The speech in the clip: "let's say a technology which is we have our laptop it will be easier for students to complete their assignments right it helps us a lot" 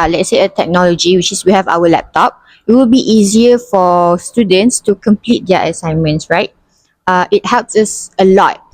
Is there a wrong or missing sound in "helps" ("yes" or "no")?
no